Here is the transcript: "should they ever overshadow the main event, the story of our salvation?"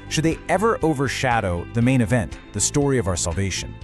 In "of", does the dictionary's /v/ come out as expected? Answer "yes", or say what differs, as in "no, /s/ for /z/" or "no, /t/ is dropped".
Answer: yes